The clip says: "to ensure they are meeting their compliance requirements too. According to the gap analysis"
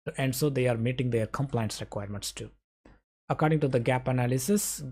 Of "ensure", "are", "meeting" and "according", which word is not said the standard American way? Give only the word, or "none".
ensure